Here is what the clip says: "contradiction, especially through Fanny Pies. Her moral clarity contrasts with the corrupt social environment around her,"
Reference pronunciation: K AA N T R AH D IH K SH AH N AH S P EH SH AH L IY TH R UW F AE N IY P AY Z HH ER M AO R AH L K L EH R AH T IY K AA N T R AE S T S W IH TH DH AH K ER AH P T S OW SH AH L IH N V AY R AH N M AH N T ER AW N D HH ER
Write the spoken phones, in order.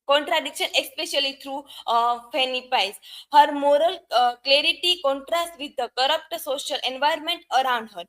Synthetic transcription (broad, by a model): K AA N T R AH D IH K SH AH N AH S P EH SH AH L IY T R UW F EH N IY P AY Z HH ER M AO R AH L K L EH R AH T IY K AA N T R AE S T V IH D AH K ER AH P T S OW SH AH L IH N V AY R M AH N T ER AW N D HH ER